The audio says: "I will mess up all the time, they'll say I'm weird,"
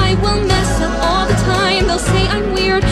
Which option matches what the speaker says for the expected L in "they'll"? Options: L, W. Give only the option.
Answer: L